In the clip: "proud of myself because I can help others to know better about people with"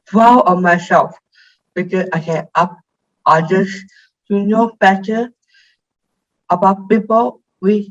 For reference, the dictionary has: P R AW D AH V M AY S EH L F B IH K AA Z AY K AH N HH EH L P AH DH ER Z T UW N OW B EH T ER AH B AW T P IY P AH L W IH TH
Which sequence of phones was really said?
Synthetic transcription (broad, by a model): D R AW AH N M AY S EH L F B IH K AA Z AY K AH N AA P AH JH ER S T UW N OW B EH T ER AH B AW T P IY P AH L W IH